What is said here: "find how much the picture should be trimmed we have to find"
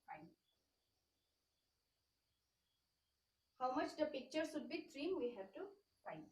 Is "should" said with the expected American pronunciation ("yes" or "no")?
no